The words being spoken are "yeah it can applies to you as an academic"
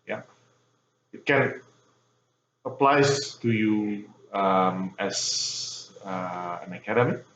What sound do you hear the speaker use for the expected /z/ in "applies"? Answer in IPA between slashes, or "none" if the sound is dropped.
none